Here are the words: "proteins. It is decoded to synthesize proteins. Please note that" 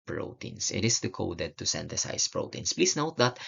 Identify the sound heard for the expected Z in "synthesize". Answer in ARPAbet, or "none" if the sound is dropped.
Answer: S